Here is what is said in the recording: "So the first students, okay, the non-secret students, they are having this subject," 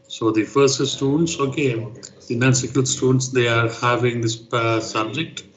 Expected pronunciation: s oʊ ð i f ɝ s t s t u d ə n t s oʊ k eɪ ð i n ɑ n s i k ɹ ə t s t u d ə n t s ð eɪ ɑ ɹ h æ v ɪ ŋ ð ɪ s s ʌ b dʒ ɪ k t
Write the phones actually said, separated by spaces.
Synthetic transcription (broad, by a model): s oʊ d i f ɝ s t s t u d ə n t s oʊ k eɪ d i n ɑ n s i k ə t s t u d ə n t s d eɪ ɑ ɹ h æ v ɪ ŋ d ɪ s s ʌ b dʒ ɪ k t